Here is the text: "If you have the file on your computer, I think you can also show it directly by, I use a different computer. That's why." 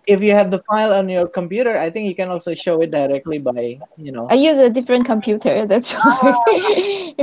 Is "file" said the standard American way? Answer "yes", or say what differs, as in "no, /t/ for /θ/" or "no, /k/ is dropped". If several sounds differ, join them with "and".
yes